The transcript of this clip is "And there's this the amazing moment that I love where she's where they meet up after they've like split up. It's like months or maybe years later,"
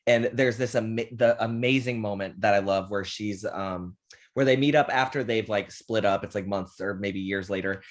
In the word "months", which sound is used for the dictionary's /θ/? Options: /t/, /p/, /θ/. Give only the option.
/θ/